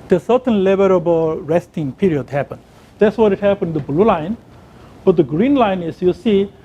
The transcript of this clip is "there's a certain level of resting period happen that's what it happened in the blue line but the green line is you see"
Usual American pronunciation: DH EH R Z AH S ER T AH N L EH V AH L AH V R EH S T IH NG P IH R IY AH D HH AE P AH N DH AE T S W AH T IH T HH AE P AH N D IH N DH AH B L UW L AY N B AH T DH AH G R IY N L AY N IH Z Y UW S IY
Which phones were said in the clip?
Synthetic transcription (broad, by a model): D AH S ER T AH N L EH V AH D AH B R EH S T IH NG P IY R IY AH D HH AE P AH N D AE T S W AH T IH T HH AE P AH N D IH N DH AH B L UW L AY N B AH T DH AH G R IY N L AY N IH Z Y UW S IY